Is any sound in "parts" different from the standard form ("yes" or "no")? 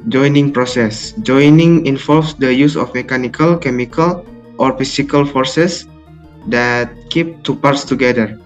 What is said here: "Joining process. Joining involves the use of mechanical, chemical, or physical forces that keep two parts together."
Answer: no